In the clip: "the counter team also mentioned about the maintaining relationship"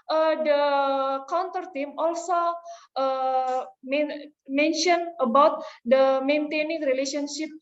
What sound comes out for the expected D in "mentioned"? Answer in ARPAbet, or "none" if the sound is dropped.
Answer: none